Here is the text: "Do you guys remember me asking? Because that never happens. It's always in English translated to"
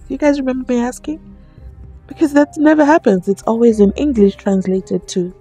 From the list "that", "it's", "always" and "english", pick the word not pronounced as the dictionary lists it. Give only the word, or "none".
none